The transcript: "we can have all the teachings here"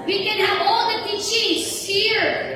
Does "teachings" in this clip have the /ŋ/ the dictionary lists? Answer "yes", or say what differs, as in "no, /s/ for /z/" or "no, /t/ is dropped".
no, /ŋ/ is dropped